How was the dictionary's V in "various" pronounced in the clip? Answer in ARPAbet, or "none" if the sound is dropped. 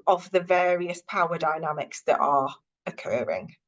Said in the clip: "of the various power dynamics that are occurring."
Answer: V